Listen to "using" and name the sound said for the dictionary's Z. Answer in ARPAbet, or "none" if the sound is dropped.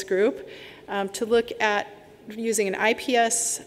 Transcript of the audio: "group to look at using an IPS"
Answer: Z